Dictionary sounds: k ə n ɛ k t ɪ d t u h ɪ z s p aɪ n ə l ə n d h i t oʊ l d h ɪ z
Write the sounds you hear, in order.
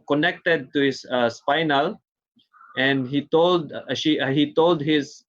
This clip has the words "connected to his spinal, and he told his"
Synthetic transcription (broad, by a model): k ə n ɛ k t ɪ d t u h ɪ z s p aɪ n ə l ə n d h i t oʊ l d h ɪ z